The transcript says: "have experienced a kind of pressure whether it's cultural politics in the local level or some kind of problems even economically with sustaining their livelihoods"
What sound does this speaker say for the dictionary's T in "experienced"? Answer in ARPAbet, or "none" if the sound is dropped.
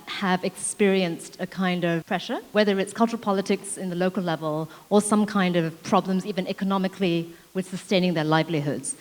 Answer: T